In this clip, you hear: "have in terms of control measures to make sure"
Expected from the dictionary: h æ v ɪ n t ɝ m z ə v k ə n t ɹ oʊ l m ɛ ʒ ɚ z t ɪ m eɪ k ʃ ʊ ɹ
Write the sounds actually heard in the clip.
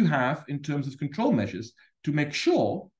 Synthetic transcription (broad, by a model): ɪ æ v ɪ n t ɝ m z ə v k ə n t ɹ oʊ l m ɛ ʒ ɚ z t ɪ m eɪ k ʃ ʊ ɹ